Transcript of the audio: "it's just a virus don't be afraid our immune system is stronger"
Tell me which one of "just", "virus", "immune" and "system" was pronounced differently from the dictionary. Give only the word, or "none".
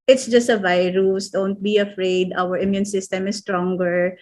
none